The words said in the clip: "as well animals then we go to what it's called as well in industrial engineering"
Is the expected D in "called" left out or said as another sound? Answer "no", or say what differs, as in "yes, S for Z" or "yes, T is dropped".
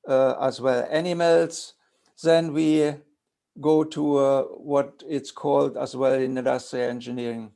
no